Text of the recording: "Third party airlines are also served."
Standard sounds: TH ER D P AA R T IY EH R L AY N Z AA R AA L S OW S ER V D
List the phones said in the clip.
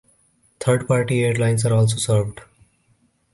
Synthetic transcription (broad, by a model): T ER D P AA R T IY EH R L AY N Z AA R AA L S OW S ER V D